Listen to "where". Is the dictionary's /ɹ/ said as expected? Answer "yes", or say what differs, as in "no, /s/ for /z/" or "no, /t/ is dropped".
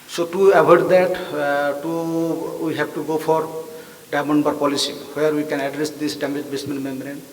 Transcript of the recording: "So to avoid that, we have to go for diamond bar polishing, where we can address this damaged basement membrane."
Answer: yes